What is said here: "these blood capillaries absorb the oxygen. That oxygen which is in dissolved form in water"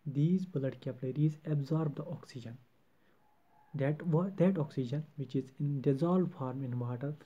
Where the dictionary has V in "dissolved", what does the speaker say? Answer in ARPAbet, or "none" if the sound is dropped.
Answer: none